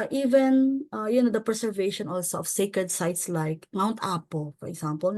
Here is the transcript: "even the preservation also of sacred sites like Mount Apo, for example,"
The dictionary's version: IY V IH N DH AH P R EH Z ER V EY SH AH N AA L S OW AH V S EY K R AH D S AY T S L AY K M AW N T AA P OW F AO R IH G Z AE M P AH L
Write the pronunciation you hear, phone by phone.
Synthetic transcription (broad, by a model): IY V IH N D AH P R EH S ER V EY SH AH N AA L S OW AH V S EY K R AH D S AY T S L AY K M AW N T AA P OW F AO R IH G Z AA M P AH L